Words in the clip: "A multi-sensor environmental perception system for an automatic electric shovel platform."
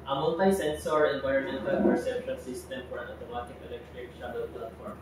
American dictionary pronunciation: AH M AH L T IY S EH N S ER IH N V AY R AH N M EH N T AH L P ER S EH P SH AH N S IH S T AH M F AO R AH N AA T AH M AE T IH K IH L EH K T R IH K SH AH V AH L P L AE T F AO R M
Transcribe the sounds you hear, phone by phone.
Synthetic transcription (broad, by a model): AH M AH N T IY S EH N S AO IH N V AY AH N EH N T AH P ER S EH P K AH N S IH S T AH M F AO R AH N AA T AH M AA T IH K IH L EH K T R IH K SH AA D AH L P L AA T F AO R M